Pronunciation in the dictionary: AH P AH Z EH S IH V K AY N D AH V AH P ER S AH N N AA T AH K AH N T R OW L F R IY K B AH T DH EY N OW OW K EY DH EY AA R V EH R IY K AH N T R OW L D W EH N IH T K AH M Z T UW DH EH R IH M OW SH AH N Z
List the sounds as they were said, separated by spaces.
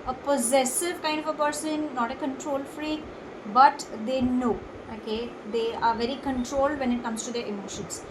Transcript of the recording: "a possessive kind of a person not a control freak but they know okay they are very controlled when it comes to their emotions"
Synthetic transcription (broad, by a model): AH P AH Z EH S IH V K AY N D AH V AH P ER S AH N N AA T AH K AH N T R OW L F R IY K B AH T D EY N OW OW K EY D EY AA R V EH R IY K AH N T R OW L D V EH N IH T K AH M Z T UW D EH R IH M OW SH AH N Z